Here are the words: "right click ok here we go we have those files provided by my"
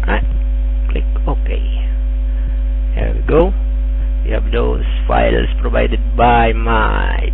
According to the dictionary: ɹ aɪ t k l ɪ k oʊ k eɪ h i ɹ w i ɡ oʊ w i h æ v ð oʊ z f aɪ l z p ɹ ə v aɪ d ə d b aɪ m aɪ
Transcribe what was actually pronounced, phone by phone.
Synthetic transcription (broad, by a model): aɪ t k l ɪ k oʊ k eɪ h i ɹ w i ɡ oʊ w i h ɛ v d oʊ s f aɪ l s p ɹ ə v aɪ d ə d b aɪ m aɪ